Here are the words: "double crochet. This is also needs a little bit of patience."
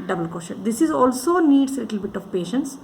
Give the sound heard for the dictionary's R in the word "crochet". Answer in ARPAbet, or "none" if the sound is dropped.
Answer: none